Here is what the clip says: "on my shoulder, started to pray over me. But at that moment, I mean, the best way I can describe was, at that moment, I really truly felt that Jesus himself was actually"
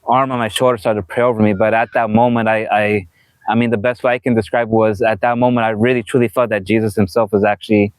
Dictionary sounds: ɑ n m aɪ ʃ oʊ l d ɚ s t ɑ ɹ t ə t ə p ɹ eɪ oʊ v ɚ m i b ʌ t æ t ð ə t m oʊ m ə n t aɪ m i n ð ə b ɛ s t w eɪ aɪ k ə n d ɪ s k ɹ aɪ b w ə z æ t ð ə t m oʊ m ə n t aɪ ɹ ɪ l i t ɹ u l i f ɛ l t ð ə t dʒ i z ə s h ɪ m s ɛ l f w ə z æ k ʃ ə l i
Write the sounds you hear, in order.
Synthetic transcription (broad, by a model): ɑ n m aɪ ʃ oʊ l d ɚ s t ɑ ɹ t ə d p ɹ eɪ oʊ v ɚ m i b ʌ t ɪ t ð ə t m oʊ m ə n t aɪ m i n ð ə b ɛ s t w eɪ aɪ k ə n d ɪ s k ɹ aɪ b w ə z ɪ t ð ə t m oʊ m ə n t aɪ ɹ ɪ l i t ɹ u l i f ɛ l t ð ə t dʒ i z ə s h ɪ m s ɛ l f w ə z æ k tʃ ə l i